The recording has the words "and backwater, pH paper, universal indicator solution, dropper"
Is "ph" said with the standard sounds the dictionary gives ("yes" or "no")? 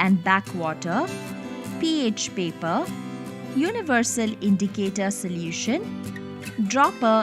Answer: yes